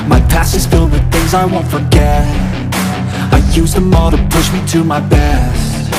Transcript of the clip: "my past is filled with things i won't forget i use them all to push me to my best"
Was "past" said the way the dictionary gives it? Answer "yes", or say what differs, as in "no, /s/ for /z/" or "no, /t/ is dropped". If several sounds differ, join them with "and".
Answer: no, /t/ is dropped